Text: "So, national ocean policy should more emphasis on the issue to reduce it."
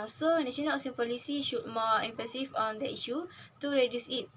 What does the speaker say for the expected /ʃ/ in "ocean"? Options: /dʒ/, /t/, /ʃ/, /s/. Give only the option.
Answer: /s/